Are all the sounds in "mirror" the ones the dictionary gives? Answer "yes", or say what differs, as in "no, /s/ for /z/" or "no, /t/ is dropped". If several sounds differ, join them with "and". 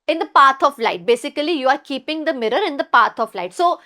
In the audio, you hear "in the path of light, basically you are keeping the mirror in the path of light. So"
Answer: yes